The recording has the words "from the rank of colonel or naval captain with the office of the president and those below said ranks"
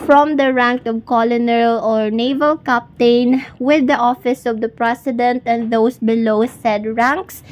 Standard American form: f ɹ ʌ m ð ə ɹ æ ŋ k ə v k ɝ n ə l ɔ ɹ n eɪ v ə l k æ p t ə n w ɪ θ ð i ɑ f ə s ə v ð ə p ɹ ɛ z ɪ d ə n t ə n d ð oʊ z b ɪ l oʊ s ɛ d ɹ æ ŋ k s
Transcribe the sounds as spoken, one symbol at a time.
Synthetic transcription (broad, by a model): f ɹ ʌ m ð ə ɹ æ ŋ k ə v k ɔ n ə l ɔ ɹ n eɪ v ə l k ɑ p t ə n w ɪ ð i ɑ f ə s ə v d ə p ɹ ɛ s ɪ d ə n t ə n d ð oʊ s b ɪ l oʊ s ɛ d ɹ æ ŋ k s